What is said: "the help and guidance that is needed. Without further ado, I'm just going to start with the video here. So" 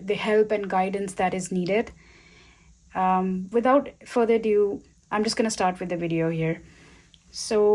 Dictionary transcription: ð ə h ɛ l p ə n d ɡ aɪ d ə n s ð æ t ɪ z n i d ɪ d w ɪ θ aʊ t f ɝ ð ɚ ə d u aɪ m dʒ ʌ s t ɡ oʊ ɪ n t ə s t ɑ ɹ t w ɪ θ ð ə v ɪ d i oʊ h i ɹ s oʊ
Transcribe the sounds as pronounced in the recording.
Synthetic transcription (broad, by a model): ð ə h ɛ l p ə n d ɡ aɪ d ə n s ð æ t ɪ z n i d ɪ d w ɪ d aʊ t f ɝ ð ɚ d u aɪ m dʒ ʌ s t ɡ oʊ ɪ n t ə s t ɑ ɹ t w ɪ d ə v ɪ d i oʊ h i ɹ s oʊ